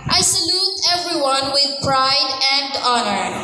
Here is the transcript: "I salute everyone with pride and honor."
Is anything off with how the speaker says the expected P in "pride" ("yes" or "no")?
no